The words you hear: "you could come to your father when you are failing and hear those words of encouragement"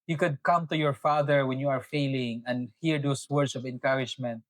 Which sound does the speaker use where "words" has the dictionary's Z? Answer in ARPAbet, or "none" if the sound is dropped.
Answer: S